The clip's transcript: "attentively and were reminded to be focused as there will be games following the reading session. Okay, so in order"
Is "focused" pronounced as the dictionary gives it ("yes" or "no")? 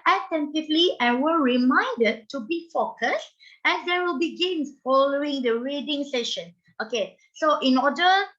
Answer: yes